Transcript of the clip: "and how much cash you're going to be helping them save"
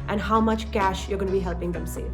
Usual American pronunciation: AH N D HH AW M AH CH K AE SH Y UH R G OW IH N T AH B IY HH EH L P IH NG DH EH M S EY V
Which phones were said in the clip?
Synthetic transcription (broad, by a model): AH N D HH AW M AH CH K AE SH Y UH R G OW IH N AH B IY HH EH L P IH NG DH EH M S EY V